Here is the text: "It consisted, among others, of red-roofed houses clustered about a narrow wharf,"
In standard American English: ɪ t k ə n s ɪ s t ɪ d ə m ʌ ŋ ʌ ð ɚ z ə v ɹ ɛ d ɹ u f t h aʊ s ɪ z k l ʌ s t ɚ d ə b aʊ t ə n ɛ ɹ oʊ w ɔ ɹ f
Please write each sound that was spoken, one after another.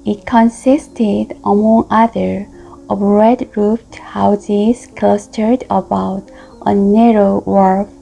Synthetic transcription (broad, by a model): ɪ t k ə n s ɪ s t ɪ d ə m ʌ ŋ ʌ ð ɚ ə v ɹ ɛ d ɹ u f t h aʊ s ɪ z k l ʌ s t ɚ d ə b aʊ t ə n ɛ ɹ oʊ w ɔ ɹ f